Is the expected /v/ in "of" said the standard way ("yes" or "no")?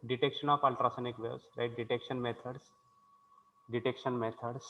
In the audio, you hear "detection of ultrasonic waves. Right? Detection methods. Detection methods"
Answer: no